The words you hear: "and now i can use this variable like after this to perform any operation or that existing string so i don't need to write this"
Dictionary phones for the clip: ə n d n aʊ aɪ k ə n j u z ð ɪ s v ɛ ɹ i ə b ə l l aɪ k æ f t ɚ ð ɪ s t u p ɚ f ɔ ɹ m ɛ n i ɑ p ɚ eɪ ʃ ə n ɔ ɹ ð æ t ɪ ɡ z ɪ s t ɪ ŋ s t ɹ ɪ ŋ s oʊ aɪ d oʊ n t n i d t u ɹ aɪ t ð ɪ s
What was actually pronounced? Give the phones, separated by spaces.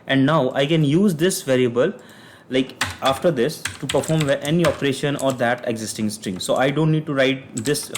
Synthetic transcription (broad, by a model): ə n d n aʊ aɪ k ə n j u z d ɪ s v ɛ ɹ i ə b ə l l aɪ k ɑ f t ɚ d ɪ s t u p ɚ f ɔ ɹ m ɛ n i ɑ p ɚ eɪ ʃ ə n ɔ ɹ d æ t ɪ ɡ z ɪ s t ɪ ŋ s t ɹ ɪ ŋ s oʊ aɪ d oʊ n t n i d t u ɹ aɪ t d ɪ s